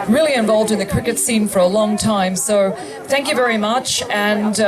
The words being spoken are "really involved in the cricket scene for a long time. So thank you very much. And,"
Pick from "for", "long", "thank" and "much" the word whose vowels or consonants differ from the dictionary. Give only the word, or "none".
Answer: none